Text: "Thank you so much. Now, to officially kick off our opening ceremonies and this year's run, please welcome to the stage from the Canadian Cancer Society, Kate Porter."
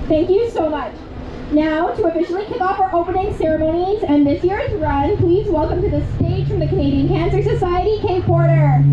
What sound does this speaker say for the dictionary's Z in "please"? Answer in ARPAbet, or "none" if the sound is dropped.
Z